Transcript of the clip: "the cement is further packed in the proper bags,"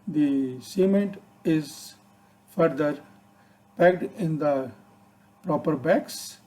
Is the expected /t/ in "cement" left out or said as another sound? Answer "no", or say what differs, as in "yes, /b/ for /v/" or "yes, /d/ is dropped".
no